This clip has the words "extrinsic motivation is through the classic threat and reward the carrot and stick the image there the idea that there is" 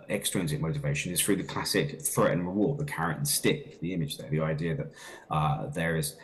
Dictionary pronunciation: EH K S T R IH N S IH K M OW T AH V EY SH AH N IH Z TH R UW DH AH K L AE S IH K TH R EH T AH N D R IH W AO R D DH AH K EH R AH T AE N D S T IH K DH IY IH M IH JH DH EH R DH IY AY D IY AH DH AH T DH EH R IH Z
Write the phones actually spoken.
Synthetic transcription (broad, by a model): EH K S T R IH N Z IH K M OW T AH V EY SH AH N IH Z TH R UW DH AH K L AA S IH K TH R EH T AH N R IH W AO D DH AH K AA R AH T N S T IH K DH IY IH M IH JH DH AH R DH IY AY D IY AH DH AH T DH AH R IH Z